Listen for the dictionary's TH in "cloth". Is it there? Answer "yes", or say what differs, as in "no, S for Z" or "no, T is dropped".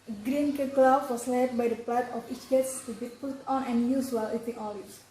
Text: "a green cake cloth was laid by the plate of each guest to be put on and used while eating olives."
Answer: no, F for TH